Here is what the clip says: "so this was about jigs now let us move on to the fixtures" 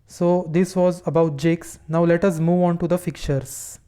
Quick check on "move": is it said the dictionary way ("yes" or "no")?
yes